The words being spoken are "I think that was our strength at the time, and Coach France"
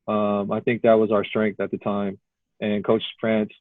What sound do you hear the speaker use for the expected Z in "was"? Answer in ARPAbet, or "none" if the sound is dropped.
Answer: Z